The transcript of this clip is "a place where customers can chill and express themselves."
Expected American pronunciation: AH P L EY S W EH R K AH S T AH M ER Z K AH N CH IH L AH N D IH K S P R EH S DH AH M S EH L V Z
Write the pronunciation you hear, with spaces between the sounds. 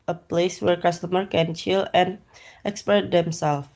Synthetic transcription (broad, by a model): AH P L EY S W EH R K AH S T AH M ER K AH N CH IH L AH N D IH K S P EH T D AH M S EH L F